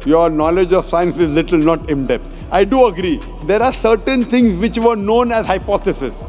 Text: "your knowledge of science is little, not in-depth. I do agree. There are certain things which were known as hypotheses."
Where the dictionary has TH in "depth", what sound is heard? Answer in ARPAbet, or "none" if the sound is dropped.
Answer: T